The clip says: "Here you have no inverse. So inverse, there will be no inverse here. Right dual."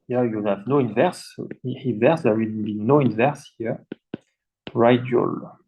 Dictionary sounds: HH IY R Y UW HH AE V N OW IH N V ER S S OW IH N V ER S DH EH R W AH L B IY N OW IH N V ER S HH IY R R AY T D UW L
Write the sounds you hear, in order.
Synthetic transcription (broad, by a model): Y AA Y UW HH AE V N OW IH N V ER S S IH N V ER S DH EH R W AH N B IY N OW IH N V ER S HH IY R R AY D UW L